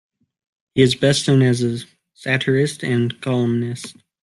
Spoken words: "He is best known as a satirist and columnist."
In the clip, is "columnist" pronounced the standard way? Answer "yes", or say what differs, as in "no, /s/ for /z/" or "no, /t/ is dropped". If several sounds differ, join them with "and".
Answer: yes